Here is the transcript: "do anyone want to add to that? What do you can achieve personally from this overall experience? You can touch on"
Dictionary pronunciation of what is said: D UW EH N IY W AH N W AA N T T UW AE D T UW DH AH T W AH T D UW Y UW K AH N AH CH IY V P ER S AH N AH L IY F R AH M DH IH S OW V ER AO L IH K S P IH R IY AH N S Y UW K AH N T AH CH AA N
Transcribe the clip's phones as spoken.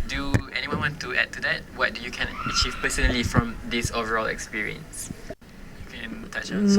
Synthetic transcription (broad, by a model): D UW EH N IY W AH N W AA N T T UW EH D T UW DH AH T W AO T D UW Y UW K AH N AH CH IY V P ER S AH N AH L IY F R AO M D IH S OW V ER AO L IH K S P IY R IY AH N S Y UW K AH N T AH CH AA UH